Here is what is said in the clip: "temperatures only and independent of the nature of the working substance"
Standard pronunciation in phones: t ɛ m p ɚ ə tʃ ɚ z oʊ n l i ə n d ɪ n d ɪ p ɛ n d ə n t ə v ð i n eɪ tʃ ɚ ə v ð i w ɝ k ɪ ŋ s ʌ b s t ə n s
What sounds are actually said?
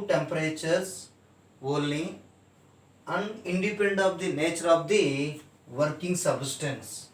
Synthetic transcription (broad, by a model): t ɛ m p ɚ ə tʃ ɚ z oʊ l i ə n d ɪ n d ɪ p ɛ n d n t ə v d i n eɪ tʃ ɚ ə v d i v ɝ k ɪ ŋ s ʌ b s t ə n s